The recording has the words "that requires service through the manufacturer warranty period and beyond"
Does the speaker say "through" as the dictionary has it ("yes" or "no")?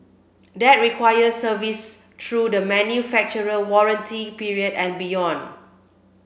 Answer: no